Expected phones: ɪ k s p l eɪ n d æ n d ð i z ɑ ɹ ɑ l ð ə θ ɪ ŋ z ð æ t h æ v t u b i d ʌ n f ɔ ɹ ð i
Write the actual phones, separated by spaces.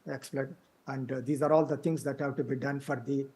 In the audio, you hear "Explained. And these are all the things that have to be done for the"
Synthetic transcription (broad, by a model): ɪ k s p l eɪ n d æ n d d i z ɑ ɹ ɑ l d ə t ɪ ŋ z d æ t h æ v t u b i d ʌ n f ɔ ɹ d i